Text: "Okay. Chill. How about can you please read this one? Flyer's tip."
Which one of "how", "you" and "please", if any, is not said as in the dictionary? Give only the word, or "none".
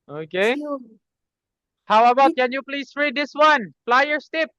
please